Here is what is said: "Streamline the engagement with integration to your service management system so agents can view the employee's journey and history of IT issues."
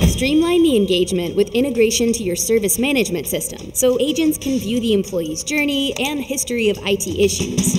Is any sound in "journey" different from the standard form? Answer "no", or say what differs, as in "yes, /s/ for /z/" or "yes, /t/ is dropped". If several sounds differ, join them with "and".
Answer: no